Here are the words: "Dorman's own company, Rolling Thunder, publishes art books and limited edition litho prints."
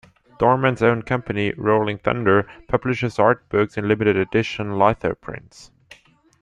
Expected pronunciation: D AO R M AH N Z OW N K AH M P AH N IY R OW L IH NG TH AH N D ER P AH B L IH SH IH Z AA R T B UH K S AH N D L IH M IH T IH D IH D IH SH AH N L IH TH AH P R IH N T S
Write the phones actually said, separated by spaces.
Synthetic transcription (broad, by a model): D AO R M AH N Z OW N K AH M P AH N IY R OW L IH NG TH AH N D ER P AH B L IH SH IH Z AA R T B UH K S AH N L IH M IH T IH D IH D IH SH AH N L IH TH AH P R IH N T S